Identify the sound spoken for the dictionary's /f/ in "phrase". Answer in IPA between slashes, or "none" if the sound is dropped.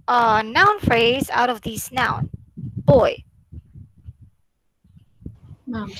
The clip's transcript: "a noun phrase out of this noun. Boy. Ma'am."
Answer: /f/